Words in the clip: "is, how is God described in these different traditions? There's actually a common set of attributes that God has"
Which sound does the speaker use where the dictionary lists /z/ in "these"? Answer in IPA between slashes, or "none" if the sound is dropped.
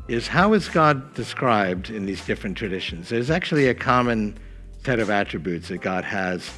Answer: /z/